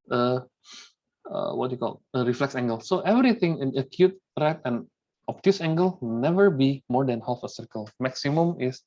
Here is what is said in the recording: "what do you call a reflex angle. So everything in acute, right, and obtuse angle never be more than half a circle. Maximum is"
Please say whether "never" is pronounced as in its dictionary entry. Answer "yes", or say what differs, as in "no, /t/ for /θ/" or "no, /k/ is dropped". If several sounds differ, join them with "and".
yes